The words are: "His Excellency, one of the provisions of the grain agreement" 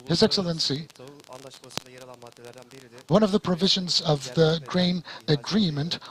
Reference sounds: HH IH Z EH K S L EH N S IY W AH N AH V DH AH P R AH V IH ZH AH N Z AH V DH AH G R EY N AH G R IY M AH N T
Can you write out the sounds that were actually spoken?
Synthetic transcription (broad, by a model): HH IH Z EH K S L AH N S IY W AH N AH V DH AH P R AH V IH ZH AH N Z AH V DH AH G R EY N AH G R IY M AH N T